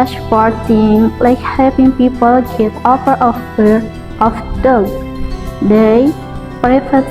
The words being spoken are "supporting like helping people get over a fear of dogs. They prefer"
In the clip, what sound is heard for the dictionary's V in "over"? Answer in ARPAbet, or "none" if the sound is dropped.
F